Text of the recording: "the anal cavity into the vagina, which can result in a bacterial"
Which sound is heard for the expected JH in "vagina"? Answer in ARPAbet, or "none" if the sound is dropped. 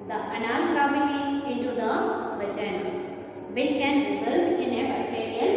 CH